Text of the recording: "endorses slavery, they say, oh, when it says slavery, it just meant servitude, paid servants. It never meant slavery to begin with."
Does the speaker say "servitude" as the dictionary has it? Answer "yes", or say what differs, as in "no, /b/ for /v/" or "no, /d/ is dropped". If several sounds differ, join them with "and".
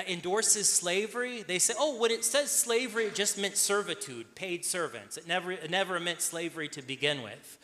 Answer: yes